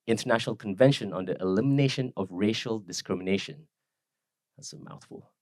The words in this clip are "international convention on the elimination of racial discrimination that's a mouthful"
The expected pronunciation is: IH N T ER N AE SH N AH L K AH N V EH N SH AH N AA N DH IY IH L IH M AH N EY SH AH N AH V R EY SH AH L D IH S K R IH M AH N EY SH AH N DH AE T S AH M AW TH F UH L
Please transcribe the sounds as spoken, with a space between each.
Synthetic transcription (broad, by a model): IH N T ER N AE SH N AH L K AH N V EH N SH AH N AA N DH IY IH L IH M AH N EY SH AH N AH V R EY SH AH L D IH S K R IH M AH N EY SH AH N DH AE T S AH M AW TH F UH L